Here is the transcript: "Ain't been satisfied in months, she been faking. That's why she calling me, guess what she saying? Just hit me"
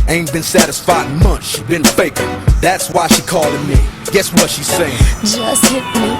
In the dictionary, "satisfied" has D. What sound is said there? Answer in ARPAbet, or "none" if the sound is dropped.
none